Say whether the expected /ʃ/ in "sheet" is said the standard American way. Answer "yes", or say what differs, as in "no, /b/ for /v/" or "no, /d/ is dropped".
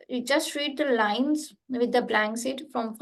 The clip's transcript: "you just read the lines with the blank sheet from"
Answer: no, /s/ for /ʃ/